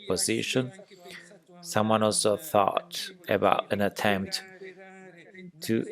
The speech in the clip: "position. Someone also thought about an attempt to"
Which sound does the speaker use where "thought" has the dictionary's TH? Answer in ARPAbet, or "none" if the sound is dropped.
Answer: TH